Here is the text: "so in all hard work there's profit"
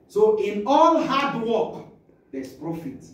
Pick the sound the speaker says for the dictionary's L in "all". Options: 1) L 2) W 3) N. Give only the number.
3